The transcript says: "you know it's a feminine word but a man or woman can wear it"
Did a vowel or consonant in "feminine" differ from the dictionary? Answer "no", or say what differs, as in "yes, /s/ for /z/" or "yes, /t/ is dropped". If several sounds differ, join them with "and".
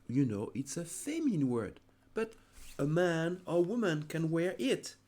yes, /m/ is dropped